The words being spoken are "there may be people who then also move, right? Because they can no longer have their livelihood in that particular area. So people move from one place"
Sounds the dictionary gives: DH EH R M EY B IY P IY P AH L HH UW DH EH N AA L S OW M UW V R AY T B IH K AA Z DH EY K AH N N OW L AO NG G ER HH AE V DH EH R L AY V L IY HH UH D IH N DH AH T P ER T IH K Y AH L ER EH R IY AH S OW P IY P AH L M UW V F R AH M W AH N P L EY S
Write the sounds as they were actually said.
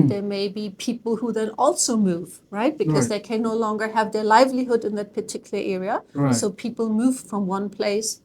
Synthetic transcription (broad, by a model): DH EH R M EY B IY P IY P L HH UW DH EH N AA L S OW M UW V R AY T B IH K AA Z DH EY K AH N N OW L AO NG G ER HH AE V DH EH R L AY V L IY HH UH D IH N DH AH T P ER T IH K Y L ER EH R IY AH S OW P IY P L M UW V F R AH M W AH N P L EY S